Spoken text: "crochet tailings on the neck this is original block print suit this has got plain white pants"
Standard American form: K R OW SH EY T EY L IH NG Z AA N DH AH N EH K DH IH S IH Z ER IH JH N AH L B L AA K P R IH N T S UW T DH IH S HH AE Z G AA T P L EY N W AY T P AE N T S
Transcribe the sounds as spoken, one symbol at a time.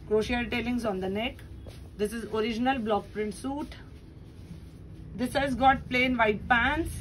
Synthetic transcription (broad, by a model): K R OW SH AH T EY L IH NG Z AA N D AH N EH K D IH S IH Z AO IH JH N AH L B L AA K P R IH N T S UW T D IH S HH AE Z G AA T P L EY N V AY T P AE N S